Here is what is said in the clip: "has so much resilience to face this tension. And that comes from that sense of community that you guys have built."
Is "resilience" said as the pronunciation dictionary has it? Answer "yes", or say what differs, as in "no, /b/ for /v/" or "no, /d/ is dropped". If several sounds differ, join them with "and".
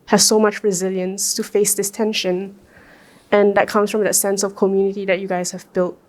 yes